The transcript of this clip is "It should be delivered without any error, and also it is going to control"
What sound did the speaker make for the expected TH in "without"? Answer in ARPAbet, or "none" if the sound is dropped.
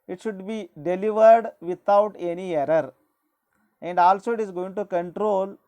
T